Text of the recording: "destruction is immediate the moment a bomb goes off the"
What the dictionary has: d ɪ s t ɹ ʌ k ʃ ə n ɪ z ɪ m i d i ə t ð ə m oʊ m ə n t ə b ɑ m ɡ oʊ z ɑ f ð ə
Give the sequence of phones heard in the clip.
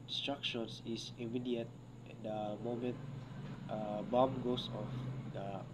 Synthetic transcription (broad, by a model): s t ɹ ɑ k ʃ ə n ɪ s ɪ m i d i ə t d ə m oʊ m ə n t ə b ɑ m ɡ oʊ s ɑ f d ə